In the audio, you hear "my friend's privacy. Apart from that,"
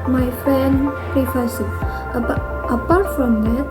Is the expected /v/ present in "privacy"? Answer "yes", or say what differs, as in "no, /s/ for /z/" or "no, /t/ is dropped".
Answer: no, /f/ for /v/